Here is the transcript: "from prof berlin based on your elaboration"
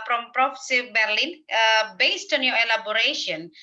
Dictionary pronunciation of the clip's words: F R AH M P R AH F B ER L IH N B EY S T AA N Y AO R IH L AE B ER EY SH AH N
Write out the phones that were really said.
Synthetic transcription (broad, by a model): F R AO M P R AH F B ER L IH N B EY S T AA N Y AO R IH L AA B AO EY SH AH N